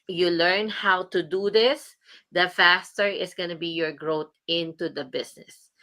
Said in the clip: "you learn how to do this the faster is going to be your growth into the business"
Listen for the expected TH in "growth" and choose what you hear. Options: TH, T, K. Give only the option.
T